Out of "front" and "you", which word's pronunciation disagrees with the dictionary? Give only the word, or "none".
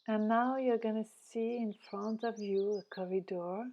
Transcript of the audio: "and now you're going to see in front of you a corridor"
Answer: none